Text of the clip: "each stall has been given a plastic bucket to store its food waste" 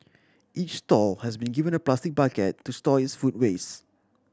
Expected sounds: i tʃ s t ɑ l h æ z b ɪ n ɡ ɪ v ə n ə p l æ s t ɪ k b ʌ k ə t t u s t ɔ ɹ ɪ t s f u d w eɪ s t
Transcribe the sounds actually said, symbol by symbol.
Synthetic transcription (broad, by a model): i tʃ s t ɑ l h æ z b ɪ n ɡ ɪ v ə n ə p l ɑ s t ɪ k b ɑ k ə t t u s t ɔ ɪ t s f u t w eɪ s